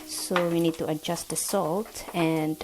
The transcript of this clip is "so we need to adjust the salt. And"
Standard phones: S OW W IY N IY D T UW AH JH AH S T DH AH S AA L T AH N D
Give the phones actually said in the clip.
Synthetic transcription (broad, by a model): S OW W IY N IY D T UW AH JH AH S T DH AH S AA L T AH N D